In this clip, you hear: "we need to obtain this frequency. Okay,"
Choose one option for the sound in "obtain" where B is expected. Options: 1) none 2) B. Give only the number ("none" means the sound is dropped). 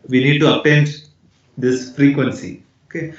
1